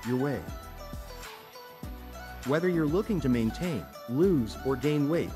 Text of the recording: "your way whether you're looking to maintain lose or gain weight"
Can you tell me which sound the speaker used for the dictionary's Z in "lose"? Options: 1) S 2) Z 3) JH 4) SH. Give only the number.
2